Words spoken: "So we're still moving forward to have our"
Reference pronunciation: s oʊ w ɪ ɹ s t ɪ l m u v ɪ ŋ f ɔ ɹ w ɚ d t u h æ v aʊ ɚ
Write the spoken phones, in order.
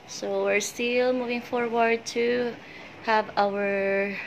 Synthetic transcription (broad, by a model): s oʊ w ɪ ɹ s t ɪ l m u v ɪ ŋ f ɔ ɹ w ɚ d t u h æ v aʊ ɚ